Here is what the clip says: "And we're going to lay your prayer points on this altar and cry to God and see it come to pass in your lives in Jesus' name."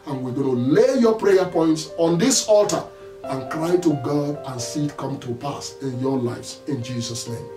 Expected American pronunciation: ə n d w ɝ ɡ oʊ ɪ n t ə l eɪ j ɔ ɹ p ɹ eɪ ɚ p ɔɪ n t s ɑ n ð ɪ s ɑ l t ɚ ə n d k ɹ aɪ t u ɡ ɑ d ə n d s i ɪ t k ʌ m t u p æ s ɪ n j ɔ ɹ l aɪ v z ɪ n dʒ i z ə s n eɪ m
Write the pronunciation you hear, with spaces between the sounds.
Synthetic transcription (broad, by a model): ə n w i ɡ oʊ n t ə l eɪ j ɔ p ɹ eɪ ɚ p ɔɪ n t s ɑ n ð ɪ s ɑ l t ɚ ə n k ɹ aɪ t u ɡ ɑ d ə n s i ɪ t k ʌ m t u p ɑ s ɪ n j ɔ l aɪ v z ɪ n dʒ i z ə s n eɪ m